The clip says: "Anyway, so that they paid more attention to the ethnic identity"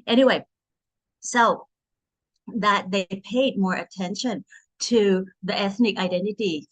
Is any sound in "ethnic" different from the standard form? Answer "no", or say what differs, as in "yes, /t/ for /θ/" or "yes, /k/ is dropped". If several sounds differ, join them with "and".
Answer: no